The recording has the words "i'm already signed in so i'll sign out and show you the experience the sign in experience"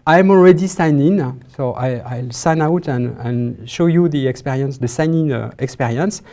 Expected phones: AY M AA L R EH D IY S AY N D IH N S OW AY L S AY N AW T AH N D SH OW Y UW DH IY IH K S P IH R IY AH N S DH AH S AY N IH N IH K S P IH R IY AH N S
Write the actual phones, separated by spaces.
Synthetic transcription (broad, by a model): AY M AA L R EH D IY S AY N IH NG S OW AY L S AY N AW T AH N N SH OW Y UW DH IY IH K S P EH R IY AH N S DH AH S AY N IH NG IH K S P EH R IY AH N S